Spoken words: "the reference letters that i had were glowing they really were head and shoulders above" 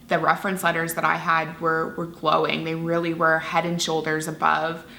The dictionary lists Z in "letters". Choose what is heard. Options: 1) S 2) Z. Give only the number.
2